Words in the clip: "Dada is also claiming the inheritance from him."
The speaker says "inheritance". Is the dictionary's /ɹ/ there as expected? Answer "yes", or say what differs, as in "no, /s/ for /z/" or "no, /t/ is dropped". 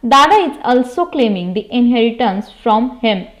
yes